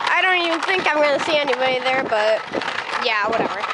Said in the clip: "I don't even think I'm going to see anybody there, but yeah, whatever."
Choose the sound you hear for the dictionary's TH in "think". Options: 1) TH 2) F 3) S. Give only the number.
1